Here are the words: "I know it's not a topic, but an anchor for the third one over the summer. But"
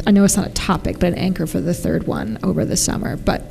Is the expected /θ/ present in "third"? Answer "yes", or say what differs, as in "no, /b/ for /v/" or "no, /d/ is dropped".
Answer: yes